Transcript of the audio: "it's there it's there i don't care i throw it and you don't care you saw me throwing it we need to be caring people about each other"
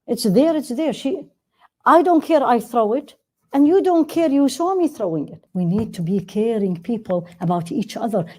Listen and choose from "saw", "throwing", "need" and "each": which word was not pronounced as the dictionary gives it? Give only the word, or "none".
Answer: saw